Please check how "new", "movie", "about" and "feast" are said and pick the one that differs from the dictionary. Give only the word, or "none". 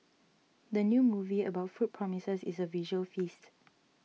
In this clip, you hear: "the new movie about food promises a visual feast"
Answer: none